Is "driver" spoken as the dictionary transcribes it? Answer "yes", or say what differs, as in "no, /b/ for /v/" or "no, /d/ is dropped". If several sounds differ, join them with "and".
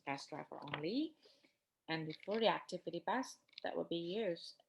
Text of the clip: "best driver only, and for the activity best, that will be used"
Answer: no, /f/ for /v/